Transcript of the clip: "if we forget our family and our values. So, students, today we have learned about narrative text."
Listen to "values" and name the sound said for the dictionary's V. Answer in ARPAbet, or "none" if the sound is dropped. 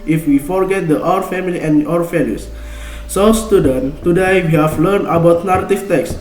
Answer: F